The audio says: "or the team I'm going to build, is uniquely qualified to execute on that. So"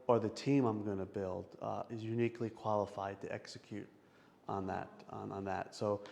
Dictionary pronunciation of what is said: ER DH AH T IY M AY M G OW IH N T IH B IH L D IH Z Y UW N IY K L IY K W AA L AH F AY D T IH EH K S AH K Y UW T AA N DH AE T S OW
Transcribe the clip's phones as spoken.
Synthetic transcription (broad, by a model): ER DH AH T IY M AY M G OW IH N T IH B IH L D IH Z Y UW N IY K L IY K W AA L AH F AY D T IH EH K S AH K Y UW T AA N DH AE T S OW